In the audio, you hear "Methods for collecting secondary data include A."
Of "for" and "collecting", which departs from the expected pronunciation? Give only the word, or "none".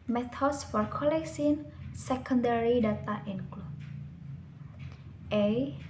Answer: collecting